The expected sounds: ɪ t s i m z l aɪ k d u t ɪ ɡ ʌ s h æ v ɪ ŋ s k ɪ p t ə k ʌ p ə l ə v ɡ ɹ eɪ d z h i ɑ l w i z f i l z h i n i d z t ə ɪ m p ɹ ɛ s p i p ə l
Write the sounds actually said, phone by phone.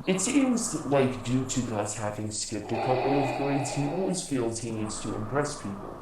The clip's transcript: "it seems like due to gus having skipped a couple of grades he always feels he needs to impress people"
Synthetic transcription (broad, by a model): ɪ t s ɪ z l aɪ k d u t ɪ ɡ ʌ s h æ v ɪ ŋ s k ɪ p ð ə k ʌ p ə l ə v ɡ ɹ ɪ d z h i ɑ l w i z f i l z h i n i d z t ə ɪ m p ɹ ɛ s p i p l l